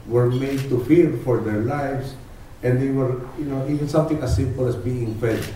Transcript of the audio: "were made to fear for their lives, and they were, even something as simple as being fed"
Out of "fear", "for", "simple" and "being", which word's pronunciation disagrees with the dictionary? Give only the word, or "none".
fear